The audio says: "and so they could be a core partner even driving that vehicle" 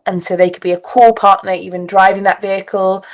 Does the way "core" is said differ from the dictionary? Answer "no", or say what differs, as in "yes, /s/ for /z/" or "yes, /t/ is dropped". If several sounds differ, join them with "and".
yes, /l/ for /ɹ/